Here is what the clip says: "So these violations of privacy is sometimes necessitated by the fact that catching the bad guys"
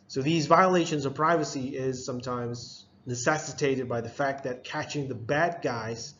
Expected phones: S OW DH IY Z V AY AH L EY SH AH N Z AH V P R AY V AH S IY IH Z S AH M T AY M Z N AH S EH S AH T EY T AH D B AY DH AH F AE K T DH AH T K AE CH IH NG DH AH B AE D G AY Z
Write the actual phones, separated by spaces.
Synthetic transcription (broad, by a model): S OW DH IY Z V AY AH L EY SH AH N Z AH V P R AY V AH S IY IH Z S AH M T AY M Z N AH S EH S AH T EY T AH D B AY DH AH F AE K T DH AH T K AE CH IH NG DH AH B AE D G AY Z